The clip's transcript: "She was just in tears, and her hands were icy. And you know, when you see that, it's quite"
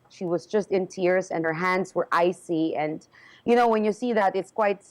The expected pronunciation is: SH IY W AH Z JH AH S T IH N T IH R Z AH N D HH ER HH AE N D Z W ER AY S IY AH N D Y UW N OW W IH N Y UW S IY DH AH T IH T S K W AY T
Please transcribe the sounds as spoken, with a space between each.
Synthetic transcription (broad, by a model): SH IY W AH Z JH AH S T IH N T IH R Z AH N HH ER HH AE N D Z W ER AY S IY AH N Y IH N OW W IH N Y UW S IY DH AH T IH T S K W AY T